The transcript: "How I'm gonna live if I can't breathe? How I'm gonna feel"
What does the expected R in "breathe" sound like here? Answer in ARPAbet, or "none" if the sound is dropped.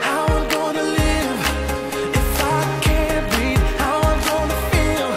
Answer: none